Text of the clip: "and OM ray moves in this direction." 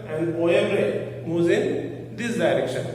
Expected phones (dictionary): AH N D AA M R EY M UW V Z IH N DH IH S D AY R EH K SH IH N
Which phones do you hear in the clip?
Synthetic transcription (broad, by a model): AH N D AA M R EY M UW Z IH N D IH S D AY R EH K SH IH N